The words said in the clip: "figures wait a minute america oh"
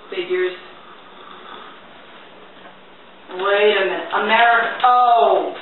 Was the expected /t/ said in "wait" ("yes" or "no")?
no